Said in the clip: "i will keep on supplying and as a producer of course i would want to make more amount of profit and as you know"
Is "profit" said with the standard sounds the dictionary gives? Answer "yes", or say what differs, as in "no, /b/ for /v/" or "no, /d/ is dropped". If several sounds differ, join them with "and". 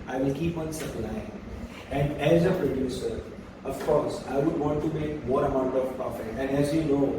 no, /ɹ/ is dropped